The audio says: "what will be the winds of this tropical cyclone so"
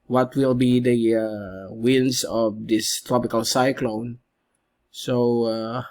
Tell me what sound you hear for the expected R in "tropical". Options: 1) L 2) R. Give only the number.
2